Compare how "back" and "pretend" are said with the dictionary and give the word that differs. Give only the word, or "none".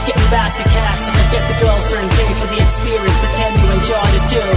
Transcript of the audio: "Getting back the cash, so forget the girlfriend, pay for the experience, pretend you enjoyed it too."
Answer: pretend